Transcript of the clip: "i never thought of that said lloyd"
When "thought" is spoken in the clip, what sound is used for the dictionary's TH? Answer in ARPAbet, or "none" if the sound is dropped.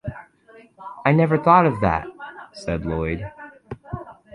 TH